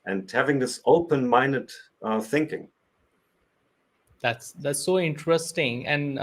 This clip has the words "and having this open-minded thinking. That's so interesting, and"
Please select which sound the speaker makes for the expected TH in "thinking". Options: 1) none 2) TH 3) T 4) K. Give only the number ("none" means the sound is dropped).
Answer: 2